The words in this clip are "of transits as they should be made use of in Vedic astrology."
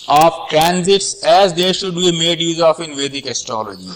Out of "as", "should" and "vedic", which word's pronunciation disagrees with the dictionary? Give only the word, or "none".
none